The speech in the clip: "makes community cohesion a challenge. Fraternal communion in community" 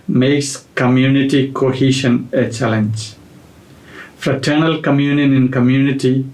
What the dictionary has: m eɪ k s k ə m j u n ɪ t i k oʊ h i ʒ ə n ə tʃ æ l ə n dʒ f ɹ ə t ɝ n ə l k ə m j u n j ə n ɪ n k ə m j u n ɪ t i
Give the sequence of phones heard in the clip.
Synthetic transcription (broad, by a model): m eɪ k s k ə m j u n ɪ t i k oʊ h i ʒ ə n ə tʃ æ l ə n dʒ f ɹ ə t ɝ n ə l k ə m j u n j ə n ɪ n k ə m j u n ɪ t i